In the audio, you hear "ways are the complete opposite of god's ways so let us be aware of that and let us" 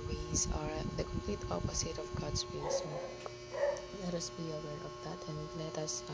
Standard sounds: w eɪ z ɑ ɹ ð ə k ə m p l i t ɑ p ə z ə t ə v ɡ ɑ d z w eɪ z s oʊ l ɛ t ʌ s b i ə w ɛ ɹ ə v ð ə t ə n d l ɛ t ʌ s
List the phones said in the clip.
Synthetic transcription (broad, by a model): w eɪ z ɑ ɹ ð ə k ə m p l i t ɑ p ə s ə t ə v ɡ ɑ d s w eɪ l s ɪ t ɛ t ʌ s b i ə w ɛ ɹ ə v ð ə t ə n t l ɛ t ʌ s